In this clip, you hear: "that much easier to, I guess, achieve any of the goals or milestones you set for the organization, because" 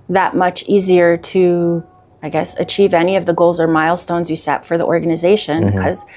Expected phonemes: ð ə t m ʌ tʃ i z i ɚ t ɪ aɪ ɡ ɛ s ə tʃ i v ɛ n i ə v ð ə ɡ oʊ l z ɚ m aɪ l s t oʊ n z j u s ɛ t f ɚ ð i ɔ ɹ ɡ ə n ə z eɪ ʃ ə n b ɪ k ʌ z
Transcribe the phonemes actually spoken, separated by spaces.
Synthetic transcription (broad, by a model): ð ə t m ʌ tʃ i z i ɚ t ɪ aɪ ɡ ɛ s ə tʃ i v ɛ n i ə v ð ə ɡ oʊ l z ɚ m aɪ l s t oʊ n z j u s ɛ t f ɚ ð i ɔ ɹ ɡ ə n ə z eɪ ʃ ə n k ʌ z